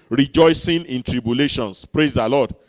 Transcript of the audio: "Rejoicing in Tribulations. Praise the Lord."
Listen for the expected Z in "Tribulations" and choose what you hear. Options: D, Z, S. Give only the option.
S